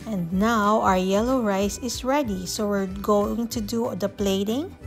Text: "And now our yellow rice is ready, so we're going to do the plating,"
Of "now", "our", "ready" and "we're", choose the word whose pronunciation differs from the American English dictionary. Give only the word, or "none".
none